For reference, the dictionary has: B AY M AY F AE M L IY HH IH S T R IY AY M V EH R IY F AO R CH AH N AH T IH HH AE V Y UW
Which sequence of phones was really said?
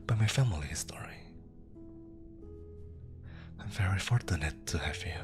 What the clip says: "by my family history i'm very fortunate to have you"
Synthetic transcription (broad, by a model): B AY M AY F AE M L IY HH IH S T R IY AY M V EH R IY F AO R CH AH N AH T IH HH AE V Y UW